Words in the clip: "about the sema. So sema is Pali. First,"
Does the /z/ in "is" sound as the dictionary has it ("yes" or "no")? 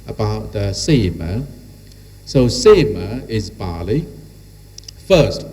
yes